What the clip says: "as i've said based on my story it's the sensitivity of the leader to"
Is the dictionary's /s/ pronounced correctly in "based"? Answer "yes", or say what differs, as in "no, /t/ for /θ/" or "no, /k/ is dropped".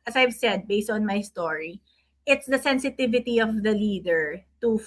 yes